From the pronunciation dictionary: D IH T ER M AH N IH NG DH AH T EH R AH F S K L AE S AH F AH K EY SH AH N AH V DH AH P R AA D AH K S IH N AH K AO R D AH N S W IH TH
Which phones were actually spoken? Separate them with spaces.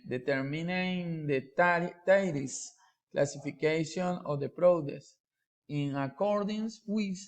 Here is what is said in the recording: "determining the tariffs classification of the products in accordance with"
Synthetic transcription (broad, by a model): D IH T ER M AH N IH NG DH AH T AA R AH S K L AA S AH F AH K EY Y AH N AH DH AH P R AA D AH S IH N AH K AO R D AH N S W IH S